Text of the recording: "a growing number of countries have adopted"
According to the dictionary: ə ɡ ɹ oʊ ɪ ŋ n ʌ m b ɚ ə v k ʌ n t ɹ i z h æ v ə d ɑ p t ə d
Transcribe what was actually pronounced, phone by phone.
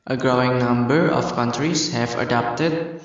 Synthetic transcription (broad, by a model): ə ɡ ɹ oʊ ɪ ŋ n ʌ m b ɚ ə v k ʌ n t ɹ i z h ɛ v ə d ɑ p t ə d